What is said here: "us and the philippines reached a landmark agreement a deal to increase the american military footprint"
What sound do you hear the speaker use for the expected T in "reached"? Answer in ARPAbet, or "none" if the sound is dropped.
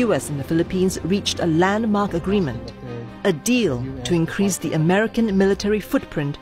T